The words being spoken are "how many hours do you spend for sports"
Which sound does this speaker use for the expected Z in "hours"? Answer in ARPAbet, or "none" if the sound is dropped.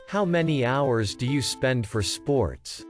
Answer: Z